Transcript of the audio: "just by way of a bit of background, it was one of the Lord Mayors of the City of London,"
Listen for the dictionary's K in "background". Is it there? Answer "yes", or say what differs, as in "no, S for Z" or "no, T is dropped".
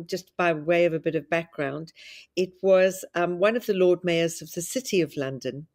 yes